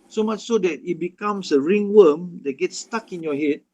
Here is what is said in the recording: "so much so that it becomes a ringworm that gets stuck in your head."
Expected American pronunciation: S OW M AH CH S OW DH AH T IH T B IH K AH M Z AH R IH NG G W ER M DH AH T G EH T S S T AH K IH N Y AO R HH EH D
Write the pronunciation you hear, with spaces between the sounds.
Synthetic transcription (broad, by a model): S OW M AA CH S OW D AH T IH T B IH K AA M S AH R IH NG W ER M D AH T G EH T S S T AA K IH N Y AO HH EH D